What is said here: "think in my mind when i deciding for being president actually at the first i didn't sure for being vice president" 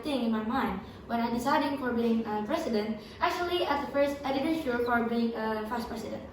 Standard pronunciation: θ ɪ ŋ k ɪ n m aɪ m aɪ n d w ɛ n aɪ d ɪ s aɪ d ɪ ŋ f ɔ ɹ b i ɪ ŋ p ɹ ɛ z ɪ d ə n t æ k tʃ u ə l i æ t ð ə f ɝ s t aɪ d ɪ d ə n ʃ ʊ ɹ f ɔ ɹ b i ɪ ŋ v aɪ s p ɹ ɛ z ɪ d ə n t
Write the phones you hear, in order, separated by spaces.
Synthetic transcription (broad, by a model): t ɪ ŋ ɪ n m aɪ m aɪ n d w ɛ n aɪ d ɪ s aɪ d ɪ ŋ f ɔ ɹ b i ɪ ŋ p ɹ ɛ s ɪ d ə n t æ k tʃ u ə l i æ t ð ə f ɝ s t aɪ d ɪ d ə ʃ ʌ l f ɔ ɹ b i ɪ ŋ f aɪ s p ɹ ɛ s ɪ d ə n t